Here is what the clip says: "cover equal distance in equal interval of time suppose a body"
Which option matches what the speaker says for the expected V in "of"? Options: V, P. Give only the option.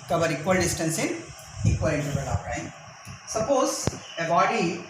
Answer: P